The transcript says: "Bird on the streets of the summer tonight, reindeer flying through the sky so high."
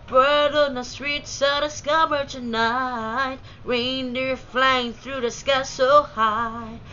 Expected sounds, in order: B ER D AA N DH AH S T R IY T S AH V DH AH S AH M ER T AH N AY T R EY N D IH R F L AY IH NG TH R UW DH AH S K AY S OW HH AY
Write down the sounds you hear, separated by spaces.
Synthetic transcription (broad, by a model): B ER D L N DH AH S T R IY T S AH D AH S AH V ER T AH N AY T R EY N D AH R F L AY IH NG TH R UW DH AH S K AY S OW HH AY